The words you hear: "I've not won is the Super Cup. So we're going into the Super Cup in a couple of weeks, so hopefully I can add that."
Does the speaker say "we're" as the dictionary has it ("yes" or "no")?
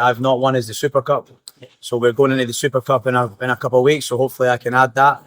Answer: yes